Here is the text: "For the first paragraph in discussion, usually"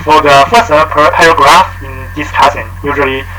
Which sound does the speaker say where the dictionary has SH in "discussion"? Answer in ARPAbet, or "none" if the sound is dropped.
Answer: S